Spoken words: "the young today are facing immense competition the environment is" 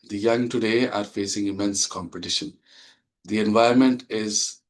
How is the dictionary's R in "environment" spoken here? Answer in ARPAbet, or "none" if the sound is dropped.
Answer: none